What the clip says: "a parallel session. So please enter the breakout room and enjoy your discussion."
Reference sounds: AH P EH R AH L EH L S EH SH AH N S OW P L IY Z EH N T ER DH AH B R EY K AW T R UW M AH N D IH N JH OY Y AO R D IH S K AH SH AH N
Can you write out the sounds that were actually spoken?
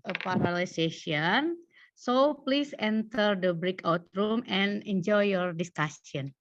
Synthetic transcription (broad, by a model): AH P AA R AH L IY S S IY AH N S OW P L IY S EH N T ER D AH B R EY K AW T R UW M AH N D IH N JH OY Y AO R D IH S K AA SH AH N